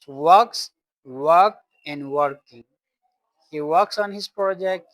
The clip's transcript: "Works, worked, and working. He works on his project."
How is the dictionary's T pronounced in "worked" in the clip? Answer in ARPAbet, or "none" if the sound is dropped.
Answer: none